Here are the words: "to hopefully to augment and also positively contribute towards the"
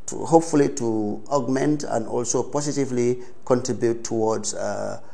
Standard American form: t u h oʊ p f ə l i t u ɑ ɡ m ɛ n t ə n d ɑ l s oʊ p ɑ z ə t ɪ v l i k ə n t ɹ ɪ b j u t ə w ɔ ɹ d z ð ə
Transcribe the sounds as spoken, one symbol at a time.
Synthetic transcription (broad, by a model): t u h oʊ p f ə l i t u ɑ ɡ m ɛ n t ə n d ɑ l s oʊ p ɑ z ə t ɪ v l i k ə n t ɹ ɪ b j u t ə w ɔ d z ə